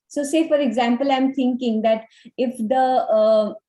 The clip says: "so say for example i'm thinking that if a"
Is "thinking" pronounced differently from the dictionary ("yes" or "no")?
yes